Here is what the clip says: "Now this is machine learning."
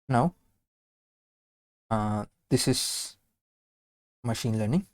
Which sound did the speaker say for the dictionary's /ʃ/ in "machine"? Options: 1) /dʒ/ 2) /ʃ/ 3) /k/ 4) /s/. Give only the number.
2